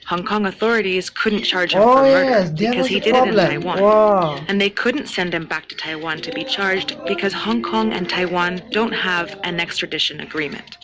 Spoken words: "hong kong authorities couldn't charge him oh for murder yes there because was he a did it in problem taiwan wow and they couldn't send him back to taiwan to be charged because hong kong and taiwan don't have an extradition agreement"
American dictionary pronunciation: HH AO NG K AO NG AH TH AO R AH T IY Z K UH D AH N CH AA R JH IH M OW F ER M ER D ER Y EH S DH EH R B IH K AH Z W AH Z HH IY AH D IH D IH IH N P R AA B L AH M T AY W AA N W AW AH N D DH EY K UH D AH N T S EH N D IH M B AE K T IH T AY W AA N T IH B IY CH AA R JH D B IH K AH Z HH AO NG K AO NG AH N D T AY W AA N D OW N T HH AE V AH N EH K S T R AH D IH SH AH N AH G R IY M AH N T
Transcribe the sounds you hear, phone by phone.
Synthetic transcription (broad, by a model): HH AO NG K AO NG AH TH AO R AH T IY Z K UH D N CH AA R JH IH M OW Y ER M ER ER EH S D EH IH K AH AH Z HH IY D IH D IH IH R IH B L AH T AY W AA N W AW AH N DH EY K UH D N T S EH N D IH M B AE K T IH T AY W AA N T IH B IY CH AA R JH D B IH K AH Z HH AO NG K AO NG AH N T AY W AA N D OW N T HH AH V AH N EH K S T R AH D IH SH AH N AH G R IY M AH N T